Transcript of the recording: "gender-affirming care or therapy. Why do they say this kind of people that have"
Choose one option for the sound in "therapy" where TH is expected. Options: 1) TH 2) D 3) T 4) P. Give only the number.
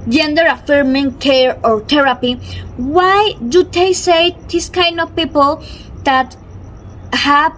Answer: 3